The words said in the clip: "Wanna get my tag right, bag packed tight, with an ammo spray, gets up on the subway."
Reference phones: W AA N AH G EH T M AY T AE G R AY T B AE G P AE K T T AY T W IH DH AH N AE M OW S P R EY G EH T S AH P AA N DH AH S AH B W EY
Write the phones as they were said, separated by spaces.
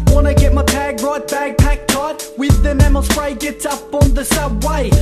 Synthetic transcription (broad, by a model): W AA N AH G EH T M AY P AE G R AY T B AE G P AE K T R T W IH DH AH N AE M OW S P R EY G EH T S AH P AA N DH AH S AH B W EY